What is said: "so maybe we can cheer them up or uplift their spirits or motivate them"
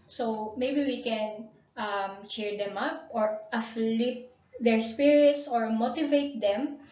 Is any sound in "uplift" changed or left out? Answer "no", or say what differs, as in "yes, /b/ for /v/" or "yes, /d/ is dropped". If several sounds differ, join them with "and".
yes, /f/ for /p/